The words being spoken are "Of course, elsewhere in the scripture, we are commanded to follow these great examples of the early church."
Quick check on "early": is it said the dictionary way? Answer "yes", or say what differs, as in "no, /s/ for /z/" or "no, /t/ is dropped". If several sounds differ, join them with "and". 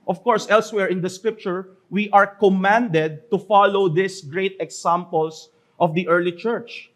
yes